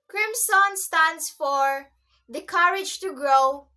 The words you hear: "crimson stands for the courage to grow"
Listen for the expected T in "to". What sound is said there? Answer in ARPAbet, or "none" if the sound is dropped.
T